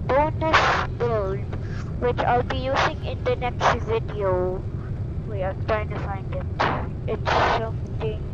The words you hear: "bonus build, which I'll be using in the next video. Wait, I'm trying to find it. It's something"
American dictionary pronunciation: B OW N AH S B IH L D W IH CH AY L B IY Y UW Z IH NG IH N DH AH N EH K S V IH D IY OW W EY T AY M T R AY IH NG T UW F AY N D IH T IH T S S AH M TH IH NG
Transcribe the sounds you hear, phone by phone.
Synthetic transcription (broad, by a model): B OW N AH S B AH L D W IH CH AY L B IY Y UW Z IH NG IH N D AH N EH K S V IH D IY OW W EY AY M T R AY IH NG T UW F AY N D IH T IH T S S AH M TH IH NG